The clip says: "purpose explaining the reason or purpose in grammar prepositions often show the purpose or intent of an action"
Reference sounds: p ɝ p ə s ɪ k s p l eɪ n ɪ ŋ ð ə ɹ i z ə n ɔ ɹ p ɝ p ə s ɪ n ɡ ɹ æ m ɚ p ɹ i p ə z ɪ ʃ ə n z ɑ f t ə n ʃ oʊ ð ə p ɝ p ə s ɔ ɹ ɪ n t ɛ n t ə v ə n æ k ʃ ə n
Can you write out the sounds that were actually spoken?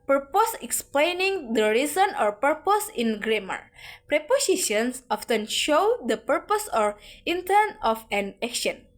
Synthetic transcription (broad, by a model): p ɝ p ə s ɪ k s p l eɪ n ɪ ŋ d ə ɹ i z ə n ɔ ɹ p ɝ p ə s ɪ n ɡ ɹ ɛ m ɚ p ɹ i p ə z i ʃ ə n s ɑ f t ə n ʃ oʊ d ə p ɝ p ə s ɔ ɹ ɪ n t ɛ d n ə f ə n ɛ k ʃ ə n